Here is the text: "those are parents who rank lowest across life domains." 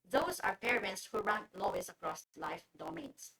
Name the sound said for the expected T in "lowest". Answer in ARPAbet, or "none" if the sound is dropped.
none